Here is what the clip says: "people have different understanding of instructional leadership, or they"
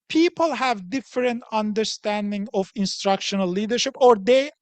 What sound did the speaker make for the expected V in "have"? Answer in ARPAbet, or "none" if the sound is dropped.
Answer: V